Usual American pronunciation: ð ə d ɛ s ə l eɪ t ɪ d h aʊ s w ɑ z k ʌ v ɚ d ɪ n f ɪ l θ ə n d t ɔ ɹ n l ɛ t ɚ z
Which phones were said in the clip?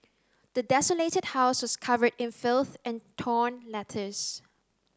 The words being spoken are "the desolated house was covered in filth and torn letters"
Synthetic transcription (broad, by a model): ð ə d ɛ s ə l eɪ t ɪ d h aʊ s w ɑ s k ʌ v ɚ d ɪ n f ɪ l θ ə n t ɔ n l ɛ t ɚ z